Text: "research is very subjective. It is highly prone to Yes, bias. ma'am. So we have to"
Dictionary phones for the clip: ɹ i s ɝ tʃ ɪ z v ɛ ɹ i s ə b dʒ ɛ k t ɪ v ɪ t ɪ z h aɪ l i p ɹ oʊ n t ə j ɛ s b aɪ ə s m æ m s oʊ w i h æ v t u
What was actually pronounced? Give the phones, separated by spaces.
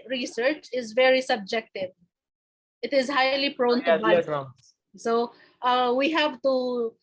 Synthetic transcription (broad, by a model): ɹ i s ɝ tʃ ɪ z v ɛ ɹ i s ə b dʒ ɛ k t ɪ v ɪ t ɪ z h aɪ l i p ɹ oʊ n t ə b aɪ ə s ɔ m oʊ w i h æ v t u